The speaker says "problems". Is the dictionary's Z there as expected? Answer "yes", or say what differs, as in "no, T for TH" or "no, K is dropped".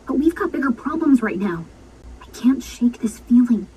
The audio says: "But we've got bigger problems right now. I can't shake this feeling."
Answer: yes